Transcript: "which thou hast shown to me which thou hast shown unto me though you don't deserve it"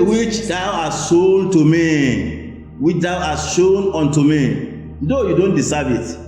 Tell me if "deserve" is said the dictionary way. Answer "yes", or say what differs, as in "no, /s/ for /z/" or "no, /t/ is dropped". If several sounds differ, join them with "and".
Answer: no, /s/ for /z/